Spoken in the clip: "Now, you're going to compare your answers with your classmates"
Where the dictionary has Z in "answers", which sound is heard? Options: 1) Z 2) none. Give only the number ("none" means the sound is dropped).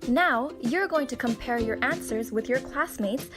1